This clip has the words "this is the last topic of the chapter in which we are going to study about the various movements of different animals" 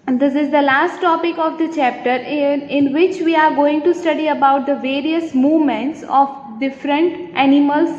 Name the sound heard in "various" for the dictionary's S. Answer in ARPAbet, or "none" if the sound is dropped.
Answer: S